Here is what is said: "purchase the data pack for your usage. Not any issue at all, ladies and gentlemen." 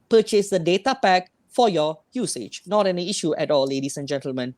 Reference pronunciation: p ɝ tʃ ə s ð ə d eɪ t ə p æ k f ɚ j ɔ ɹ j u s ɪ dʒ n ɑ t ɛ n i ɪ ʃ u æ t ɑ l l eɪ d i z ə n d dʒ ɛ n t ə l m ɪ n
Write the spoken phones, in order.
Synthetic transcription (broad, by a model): p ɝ tʃ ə s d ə d eɪ t ə p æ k f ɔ j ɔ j u s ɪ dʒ n ɑ t ɛ n i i ʃ u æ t ɑ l l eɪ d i s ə n dʒ ɛ n t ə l m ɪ n